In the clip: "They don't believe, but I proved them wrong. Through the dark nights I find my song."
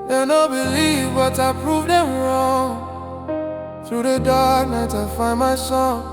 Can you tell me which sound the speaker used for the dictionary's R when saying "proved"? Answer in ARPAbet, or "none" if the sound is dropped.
R